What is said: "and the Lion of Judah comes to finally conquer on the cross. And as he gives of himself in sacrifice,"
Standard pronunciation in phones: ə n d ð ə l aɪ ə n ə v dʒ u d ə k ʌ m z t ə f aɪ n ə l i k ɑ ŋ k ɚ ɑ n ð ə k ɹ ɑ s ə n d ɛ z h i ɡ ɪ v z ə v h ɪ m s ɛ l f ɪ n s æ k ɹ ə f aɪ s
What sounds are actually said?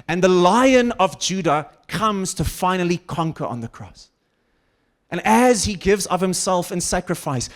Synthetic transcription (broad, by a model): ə n ð ə l aɪ ə n ə v dʒ u d ə k ʌ m z t ə f aɪ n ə l i k ɑ ŋ k ɚ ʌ n ð ə k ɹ ɑ s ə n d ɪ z h i ɡ ɪ v z ə v h ɪ m s ɛ l f ɪ n s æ k ɹ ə f aɪ s